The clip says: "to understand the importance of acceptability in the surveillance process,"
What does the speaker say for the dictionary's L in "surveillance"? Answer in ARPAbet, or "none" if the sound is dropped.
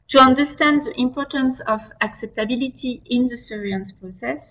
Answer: none